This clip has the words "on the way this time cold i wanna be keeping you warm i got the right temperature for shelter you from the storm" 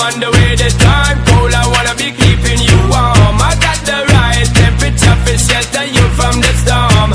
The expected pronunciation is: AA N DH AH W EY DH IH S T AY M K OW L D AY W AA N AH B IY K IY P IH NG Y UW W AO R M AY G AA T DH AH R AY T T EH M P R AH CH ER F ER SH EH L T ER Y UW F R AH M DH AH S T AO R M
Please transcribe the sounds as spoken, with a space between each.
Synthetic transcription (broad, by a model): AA N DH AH W EY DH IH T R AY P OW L AY W AA N AH B IY K IY P IH NG Y UW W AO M AY G AA T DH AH R AY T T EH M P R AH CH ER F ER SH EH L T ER Y UW F R AH M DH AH S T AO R M